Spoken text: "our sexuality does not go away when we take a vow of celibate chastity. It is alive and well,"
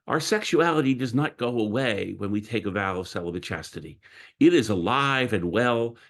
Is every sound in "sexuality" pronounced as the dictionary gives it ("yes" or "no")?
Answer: yes